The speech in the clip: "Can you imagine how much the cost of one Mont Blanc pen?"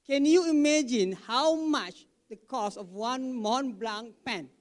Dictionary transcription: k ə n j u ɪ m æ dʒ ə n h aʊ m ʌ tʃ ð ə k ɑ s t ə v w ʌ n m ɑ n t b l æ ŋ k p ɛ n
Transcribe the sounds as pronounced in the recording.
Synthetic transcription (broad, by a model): k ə n j u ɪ m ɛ dʒ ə n h aʊ m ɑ tʃ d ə k ɑ s ə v w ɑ n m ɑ n b l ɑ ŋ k p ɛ n